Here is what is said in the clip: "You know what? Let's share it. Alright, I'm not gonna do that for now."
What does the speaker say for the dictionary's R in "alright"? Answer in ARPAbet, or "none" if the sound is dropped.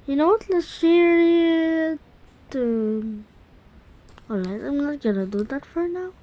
none